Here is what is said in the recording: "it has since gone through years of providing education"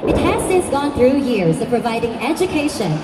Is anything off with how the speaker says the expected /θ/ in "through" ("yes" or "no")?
no